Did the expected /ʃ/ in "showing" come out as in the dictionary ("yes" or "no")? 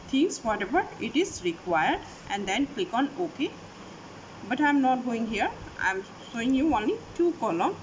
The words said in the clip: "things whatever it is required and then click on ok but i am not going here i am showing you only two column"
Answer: no